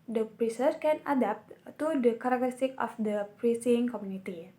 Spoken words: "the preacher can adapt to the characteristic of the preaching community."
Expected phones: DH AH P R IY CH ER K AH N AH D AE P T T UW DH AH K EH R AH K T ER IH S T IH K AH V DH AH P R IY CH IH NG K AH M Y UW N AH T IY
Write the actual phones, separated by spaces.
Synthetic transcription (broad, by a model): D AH P R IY S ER K AH N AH D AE P T T UW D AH K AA R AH K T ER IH S T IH K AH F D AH P R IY S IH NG K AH M Y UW N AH T IY